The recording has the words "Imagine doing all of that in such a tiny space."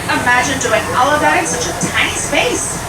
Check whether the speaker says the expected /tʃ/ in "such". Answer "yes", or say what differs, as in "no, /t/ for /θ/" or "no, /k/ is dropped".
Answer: yes